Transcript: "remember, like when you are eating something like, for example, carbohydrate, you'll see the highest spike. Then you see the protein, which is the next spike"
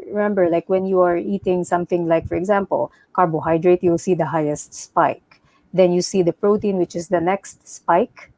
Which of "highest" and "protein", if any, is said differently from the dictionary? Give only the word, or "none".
none